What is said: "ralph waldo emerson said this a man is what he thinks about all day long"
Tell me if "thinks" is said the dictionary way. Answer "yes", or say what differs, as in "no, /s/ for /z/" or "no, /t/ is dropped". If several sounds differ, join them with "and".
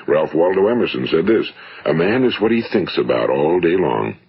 yes